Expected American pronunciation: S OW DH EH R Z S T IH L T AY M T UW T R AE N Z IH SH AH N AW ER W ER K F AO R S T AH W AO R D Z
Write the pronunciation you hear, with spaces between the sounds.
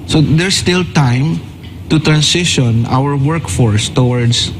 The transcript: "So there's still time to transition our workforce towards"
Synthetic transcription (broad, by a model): S OW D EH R S T IH L T AY M T UW T R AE N S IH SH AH N AW ER W ER K F AO R S T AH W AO R D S